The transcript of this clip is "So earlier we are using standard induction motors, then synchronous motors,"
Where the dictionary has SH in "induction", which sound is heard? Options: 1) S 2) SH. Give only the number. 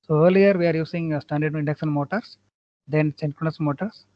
1